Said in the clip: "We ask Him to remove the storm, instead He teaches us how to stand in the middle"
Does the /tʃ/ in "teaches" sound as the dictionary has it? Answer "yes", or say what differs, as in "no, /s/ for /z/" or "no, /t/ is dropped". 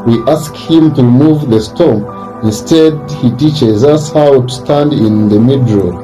yes